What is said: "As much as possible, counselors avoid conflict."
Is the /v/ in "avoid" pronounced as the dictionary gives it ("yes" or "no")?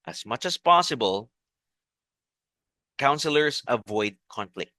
yes